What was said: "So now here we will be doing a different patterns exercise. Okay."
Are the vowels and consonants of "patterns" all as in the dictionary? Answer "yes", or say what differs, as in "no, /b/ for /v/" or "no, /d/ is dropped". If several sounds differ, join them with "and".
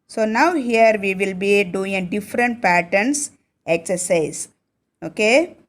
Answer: no, /s/ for /z/